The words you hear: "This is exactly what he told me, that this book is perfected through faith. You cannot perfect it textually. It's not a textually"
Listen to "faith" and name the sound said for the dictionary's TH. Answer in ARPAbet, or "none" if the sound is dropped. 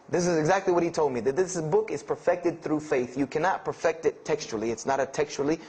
TH